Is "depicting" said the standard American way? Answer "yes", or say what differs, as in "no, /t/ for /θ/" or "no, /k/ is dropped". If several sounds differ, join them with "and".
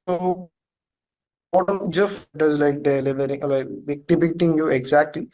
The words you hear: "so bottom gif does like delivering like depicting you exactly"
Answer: yes